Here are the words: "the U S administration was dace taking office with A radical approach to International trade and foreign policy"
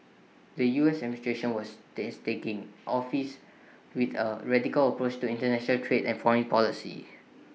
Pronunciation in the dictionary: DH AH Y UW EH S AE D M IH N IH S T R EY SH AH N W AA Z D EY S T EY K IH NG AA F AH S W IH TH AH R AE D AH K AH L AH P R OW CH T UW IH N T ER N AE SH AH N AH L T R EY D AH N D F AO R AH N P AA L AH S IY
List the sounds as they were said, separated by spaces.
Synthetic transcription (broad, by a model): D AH Y UW EH S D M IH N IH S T R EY SH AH N W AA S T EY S T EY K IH NG AA F AH S W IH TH AH R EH D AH K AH L AH P R OW CH T UW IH N T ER N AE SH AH N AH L T R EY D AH N F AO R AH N P AA L AH S IY